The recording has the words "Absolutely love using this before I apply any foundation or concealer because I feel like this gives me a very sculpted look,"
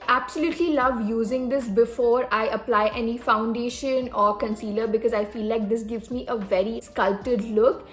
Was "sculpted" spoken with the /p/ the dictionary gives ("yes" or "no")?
no